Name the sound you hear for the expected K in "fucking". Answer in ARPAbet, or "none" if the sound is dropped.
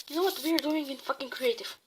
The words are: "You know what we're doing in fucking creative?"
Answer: K